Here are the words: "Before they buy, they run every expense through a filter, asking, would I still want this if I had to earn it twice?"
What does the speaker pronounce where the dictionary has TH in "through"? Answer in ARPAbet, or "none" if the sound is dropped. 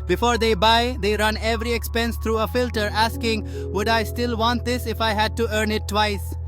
T